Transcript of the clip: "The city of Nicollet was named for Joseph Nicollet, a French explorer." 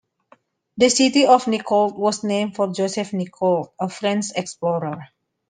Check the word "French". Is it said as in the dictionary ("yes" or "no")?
no